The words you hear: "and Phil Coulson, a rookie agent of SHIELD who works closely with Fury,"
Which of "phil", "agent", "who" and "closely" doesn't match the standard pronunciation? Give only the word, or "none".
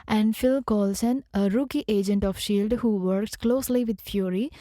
none